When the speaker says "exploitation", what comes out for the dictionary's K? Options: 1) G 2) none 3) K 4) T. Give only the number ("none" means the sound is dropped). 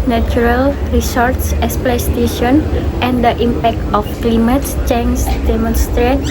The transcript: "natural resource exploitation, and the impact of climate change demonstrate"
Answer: 2